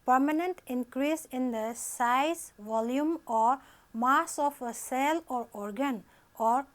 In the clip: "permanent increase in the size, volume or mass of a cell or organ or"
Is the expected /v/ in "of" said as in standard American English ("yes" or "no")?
no